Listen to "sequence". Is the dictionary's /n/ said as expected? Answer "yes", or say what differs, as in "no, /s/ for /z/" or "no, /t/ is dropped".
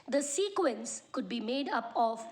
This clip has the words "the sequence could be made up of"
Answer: yes